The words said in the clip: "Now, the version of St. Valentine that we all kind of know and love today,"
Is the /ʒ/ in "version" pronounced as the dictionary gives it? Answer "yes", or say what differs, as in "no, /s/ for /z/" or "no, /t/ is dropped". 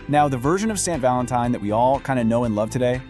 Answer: yes